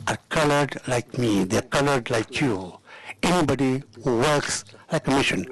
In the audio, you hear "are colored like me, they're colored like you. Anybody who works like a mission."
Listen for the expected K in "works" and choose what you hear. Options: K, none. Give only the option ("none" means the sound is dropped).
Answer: K